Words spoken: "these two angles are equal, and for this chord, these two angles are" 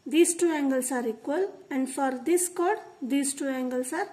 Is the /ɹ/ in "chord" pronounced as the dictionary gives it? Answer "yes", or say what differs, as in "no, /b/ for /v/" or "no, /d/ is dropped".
yes